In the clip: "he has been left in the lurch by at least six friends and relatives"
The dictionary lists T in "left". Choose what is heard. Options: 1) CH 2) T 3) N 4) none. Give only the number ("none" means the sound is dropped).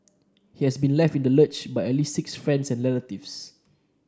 2